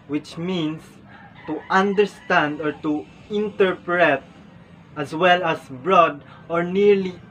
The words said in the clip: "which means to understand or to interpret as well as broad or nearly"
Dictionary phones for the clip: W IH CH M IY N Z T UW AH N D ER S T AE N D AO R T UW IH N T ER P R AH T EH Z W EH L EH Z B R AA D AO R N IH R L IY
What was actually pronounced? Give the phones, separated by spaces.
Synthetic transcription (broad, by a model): W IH CH M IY N S T UW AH N D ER S T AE N D AO R T UW IH N T ER P R AH T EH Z W EH L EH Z B R AA D AO R N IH R L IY